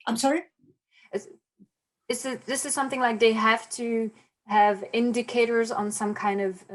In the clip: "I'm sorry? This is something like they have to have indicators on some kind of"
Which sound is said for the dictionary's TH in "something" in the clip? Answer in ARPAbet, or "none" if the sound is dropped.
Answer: TH